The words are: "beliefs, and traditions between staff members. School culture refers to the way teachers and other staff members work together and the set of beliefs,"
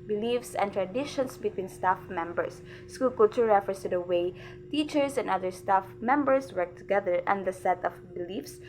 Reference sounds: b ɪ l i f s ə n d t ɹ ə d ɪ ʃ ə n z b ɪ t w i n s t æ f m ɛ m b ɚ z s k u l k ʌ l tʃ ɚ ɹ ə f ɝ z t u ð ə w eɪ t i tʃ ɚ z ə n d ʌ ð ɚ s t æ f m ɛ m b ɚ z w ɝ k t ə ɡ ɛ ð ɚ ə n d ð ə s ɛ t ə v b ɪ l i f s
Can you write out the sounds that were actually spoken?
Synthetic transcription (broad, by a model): b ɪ l i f s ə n t ɹ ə d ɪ ʃ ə n s b ɪ t w i n s t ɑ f m ɛ m b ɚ s k u l k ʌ l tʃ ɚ ɹ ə f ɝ s t u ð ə w eɪ t i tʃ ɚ s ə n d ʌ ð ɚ s t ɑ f m ɛ m b ɚ s w ɝ k t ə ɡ ɛ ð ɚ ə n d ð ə s ɛ t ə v b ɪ l i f s